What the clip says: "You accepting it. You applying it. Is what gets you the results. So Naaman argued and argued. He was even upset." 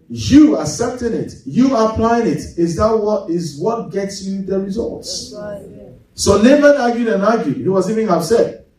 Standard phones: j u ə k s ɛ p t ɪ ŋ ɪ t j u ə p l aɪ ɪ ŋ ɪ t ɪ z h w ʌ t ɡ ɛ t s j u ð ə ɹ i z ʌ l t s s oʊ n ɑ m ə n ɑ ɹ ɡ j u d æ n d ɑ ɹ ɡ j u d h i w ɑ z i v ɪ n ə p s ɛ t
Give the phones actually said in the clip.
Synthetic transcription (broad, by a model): j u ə s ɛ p t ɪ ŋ ɪ t j u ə p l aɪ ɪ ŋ ɪ t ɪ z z w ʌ t ɡ ɛ t s j u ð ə ɹ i z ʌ l t s s oʊ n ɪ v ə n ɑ ɡ j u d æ n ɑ ɡ j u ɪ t w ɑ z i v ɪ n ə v s ɛ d